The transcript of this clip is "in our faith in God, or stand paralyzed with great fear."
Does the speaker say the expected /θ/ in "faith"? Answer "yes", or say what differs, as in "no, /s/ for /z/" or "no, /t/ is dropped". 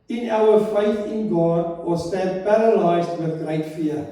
yes